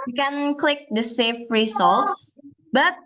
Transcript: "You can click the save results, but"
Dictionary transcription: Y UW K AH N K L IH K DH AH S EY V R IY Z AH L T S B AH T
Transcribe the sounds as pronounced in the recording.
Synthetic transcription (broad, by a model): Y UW K AH N K L IH K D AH S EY F R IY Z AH L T S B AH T